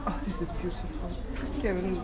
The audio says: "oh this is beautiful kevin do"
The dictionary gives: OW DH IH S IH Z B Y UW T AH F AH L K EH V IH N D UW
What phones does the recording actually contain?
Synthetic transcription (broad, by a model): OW DH IH S IH Z B Y UW T AH F AH L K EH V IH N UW